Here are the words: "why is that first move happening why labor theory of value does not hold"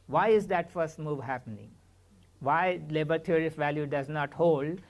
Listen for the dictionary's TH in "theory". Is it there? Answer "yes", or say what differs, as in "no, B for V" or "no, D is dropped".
no, T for TH